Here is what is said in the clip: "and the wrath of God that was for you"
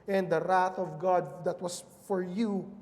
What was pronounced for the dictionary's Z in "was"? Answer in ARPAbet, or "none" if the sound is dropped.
S